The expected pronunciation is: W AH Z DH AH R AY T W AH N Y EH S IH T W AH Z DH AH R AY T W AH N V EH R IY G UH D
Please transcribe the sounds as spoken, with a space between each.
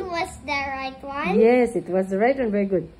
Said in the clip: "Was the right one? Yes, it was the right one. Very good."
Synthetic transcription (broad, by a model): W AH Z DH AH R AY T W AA Y EH S IH T W AH Z DH AH R AY T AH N V EH R IY G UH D